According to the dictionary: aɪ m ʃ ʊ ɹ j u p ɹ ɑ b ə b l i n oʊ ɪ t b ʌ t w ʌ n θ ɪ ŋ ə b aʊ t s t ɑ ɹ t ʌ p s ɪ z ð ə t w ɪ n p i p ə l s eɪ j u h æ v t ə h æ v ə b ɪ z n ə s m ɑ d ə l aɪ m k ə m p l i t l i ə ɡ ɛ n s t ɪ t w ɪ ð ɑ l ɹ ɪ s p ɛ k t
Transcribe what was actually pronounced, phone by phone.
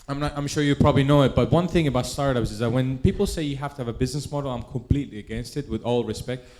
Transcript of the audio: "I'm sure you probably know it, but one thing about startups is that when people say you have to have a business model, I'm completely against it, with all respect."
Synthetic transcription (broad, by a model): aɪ m ʃ ʊ ɹ j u p ɹ ɑ b ə b l i n oʊ ɪ t b ʌ t w ʌ n θ ɪ ŋ ə b aʊ t s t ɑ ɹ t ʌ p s ɪ z ð ə t w ɪ n p i p l s eɪ j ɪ h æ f t ə v ə b ɪ z n ə s m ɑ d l aɪ m k ə m p l i t l i ə ɡ ɛ n s t ɪ t w ɪ ð ɑ l ɹ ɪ s p ɛ k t